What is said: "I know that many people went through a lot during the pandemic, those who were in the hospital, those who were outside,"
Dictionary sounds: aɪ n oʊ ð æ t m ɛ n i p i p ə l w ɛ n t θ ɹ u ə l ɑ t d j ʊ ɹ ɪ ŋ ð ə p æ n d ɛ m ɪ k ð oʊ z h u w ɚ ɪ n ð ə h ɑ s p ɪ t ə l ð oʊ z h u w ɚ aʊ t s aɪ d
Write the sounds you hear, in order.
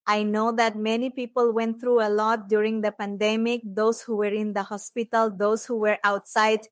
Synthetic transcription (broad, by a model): aɪ n oʊ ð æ t m ɛ n i p i p ə l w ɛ n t t ɹ u ə l ɑ t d j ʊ ɹ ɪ ŋ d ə p æ n d ɛ m ɪ k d oʊ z h u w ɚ ɪ n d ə h ɑ s p ɪ t ə l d oʊ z h u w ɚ aʊ t s aɪ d